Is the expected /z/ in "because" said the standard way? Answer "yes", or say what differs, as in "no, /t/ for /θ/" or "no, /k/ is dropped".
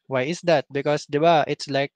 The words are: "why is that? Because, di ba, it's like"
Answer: no, /s/ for /z/